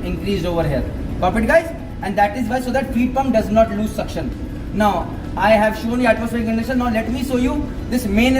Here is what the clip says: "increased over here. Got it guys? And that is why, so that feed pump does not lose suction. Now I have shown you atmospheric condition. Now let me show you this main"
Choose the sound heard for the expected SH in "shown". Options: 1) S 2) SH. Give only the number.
2